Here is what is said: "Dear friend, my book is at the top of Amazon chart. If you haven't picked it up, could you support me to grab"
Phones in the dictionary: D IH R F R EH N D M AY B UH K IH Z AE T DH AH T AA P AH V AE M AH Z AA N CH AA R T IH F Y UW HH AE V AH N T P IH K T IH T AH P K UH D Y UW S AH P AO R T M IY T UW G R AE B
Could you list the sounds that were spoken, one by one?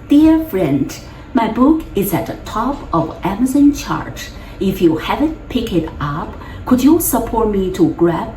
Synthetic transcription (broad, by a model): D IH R F R EH N D M AY B UH K IH Z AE T DH AH T AA P AH V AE M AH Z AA N CH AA R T IH F Y UW HH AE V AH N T P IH K IH T AH P K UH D Y UW S AH P AO R T M IY T UW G R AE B